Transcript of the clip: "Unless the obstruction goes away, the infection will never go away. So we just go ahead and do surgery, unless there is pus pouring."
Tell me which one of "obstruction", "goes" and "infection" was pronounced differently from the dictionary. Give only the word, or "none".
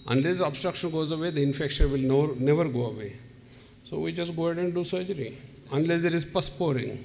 none